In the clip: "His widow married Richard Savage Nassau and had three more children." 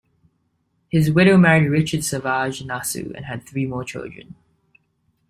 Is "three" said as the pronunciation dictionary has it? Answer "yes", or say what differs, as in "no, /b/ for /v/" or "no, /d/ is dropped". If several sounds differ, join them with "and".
yes